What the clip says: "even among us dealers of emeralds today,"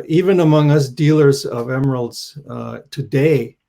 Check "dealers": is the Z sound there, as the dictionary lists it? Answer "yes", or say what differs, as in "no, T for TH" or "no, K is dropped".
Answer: yes